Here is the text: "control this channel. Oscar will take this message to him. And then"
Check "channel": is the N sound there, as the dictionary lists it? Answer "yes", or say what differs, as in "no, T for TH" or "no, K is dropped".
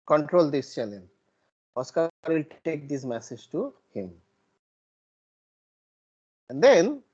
no, L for N